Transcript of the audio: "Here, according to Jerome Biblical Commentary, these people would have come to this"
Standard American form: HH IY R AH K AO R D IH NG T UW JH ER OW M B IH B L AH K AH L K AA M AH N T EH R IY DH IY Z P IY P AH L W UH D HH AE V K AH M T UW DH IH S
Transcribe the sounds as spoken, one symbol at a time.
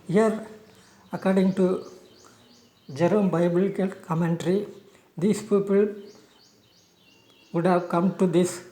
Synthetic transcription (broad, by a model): HH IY R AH K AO R D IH NG T UW JH ER OW M B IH B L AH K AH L K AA M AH N T R IY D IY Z P IY P AH L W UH D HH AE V K AH M T UW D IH S